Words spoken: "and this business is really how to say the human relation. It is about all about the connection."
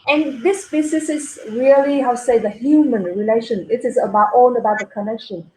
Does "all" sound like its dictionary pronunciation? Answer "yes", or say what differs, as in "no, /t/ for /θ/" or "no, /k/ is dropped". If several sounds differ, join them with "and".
no, /n/ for /l/